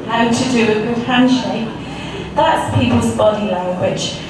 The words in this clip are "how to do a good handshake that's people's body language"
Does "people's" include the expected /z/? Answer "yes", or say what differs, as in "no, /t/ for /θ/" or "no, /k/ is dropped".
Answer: yes